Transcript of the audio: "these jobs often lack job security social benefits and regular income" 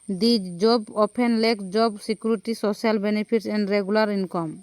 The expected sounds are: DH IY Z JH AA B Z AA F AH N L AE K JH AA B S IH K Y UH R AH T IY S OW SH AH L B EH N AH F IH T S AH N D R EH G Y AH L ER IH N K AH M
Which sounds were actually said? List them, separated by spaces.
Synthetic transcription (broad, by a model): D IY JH JH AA B AA P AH N L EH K JH AA B S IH K Y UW R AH T IY S OW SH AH L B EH N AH P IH T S AH N D R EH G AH L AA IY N K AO M